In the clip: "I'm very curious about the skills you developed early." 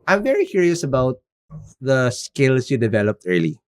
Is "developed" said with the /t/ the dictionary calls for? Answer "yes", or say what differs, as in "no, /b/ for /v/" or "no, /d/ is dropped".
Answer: yes